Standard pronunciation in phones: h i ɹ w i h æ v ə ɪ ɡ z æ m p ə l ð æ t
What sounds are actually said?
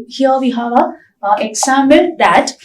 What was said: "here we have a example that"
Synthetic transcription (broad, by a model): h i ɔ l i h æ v ə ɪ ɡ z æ m ə n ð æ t